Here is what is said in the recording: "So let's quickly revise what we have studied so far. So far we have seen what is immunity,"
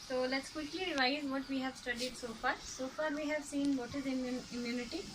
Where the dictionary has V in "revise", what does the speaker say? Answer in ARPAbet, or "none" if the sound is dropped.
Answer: none